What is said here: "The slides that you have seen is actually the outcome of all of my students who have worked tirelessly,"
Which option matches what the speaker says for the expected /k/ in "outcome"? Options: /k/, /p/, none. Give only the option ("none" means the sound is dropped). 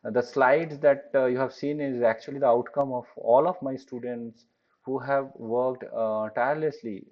/k/